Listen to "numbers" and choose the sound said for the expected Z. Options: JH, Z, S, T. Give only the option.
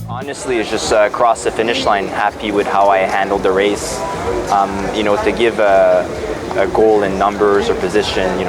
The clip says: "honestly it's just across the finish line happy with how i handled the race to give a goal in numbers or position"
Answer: Z